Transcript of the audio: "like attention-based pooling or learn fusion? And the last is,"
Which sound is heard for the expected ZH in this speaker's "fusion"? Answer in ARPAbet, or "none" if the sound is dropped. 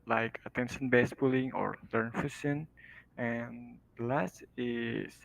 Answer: S